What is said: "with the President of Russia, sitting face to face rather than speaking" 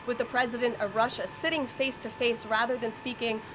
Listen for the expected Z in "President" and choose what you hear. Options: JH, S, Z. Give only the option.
Z